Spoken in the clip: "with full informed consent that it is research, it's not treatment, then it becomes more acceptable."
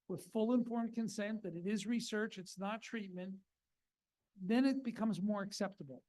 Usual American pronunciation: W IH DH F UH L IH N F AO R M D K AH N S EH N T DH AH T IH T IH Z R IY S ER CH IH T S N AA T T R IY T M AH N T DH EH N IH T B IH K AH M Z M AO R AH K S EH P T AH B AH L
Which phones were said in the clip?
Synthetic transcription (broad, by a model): W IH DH F UH L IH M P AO R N K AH N S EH N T DH AH T IH T IH Z R IY S ER CH IH T S N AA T T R IY T M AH N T DH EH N IH T B IH K AH M Z M AO R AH K S EH P T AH B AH L